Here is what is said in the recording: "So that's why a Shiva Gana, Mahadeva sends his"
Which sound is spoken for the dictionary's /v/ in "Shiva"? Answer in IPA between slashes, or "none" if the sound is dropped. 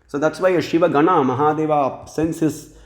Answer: /v/